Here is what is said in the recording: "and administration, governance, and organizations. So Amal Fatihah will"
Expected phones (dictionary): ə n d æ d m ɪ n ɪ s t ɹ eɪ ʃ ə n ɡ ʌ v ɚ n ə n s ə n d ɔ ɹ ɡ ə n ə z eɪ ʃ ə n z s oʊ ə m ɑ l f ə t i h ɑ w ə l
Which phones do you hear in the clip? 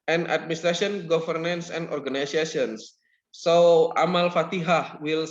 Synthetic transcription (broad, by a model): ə n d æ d m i n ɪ s t ɹ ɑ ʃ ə n ɡ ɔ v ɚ n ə n s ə n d ɔ ɹ ɡ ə n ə s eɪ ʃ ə n s oʊ ə m ɑ l f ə t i h ɑ w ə l